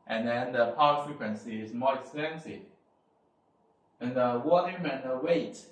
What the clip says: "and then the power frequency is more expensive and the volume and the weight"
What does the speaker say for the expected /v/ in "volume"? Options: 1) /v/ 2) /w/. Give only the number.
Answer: 2